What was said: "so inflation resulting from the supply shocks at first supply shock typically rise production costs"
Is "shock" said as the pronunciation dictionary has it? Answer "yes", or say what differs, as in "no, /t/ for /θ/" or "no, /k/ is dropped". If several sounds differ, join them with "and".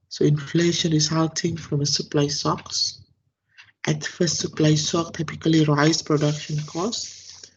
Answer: no, /s/ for /ʃ/